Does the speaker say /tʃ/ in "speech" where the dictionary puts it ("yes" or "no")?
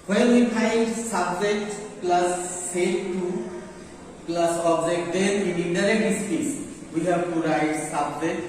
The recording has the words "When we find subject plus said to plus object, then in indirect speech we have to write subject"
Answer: no